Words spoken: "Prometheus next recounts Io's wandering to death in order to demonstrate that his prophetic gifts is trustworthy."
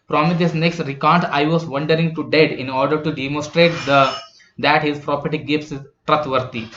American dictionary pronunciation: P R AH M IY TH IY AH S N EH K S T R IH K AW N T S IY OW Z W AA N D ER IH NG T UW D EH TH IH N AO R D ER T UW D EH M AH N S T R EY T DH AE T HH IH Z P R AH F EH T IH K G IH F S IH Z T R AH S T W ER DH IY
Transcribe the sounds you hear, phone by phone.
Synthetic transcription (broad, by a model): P R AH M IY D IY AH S N EH K S T R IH K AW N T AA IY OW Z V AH N D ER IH NG T UW D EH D IH N AO R D ER T UW D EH M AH N S T R EY T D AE T HH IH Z P R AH P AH T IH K G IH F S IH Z T R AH T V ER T IY